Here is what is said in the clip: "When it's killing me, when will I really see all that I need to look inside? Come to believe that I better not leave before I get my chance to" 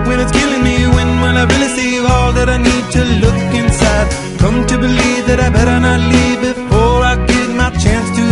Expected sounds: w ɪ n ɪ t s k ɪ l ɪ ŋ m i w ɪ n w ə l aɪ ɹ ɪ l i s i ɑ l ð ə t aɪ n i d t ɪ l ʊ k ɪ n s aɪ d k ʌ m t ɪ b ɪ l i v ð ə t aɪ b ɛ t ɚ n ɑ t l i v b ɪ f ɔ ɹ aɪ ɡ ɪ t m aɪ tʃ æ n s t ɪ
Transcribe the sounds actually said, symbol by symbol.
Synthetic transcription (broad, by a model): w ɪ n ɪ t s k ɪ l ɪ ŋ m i w ɪ n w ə n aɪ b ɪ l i s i ɑ l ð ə t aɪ n i d t ɪ l ʊ k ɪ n s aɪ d k ʌ m t ɪ b ɪ l i v ð ə t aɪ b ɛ t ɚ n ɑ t l i v b ɪ f ɔ ɹ aɪ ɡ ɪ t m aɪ tʃ æ n s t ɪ